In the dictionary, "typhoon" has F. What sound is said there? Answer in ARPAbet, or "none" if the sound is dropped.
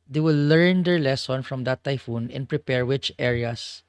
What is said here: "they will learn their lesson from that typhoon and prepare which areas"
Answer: F